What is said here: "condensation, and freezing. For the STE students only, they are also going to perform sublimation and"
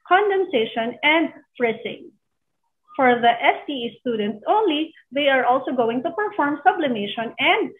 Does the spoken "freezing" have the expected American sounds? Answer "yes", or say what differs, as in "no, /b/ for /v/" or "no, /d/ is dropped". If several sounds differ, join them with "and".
no, /s/ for /z/